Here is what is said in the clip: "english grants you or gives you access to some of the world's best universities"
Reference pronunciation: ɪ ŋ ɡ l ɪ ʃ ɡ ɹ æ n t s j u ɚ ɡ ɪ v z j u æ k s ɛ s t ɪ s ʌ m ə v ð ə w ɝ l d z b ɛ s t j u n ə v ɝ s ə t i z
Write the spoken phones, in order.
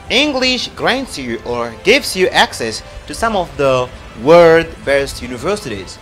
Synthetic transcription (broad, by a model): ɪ ŋ ɡ l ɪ ʃ ɡ ɹ æ n t s j u ɚ ɡ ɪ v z j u æ k s ɛ s t ɪ s ʌ m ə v ð ə w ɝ d b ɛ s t j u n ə v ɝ s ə t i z